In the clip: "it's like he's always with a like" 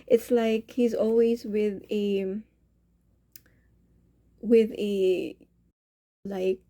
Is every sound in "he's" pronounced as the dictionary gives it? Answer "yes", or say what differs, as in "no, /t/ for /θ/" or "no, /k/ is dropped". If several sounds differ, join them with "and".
yes